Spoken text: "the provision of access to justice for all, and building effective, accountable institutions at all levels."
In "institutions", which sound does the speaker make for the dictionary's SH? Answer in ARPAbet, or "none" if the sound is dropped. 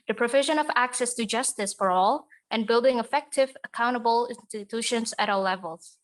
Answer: SH